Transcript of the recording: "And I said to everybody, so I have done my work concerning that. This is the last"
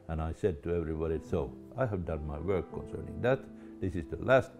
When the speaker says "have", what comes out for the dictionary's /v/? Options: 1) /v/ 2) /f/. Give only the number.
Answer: 1